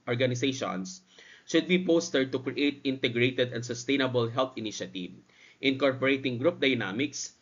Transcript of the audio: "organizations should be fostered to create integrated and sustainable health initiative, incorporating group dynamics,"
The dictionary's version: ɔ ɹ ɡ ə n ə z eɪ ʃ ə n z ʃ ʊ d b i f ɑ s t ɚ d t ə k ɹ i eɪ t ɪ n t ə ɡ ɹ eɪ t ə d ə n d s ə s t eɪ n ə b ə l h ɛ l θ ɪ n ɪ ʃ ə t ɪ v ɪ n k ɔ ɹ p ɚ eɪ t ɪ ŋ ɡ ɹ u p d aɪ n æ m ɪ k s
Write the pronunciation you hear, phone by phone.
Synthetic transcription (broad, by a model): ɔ ɹ ɡ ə n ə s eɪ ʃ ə n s ʃ ʊ d b i p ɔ s t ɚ d t ə k ɹ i eɪ t ɪ n t ə ɡ ɹ eɪ t ə d ə n d s ə s t eɪ n ə b ə l h ɛ l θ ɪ n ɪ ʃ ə t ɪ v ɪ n k ɔ ɹ p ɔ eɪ t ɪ ŋ ɡ ɹ u p d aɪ n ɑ m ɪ k s